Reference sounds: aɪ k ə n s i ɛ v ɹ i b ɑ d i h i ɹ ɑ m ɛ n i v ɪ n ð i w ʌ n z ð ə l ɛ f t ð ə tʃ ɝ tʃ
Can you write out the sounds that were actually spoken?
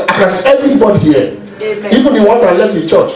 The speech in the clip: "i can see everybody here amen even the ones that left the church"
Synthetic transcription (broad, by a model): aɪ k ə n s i ɛ v ɹ i b ɑ d i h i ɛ i v ɪ n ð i w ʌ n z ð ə l ɛ f t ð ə tʃ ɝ tʃ